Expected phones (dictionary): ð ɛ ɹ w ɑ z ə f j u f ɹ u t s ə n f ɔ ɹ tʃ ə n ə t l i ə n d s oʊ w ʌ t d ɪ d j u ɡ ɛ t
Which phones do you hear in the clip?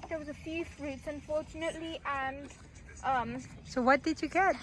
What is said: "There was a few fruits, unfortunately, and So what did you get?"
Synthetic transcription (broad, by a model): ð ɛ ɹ w ɑ z ə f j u f ɹ u t s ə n f ɔ ɹ tʃ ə n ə t l i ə n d s oʊ w ʌ t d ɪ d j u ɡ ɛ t